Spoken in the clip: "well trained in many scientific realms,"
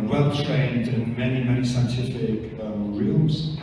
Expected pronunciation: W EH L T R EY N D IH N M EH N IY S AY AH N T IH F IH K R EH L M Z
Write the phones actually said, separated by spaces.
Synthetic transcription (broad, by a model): W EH L T R EY N D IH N M EH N IY S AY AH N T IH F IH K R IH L M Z